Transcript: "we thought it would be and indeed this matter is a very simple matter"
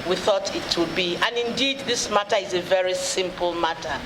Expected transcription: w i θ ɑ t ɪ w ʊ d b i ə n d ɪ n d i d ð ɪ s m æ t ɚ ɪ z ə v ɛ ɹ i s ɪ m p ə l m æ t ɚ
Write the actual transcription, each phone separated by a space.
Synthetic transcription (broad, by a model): w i θ ɑ t ɪ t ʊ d b i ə n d ɪ n d i d ð ɪ s m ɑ t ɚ ɪ z ə v ɛ ɹ i s ɪ m p ə l m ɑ t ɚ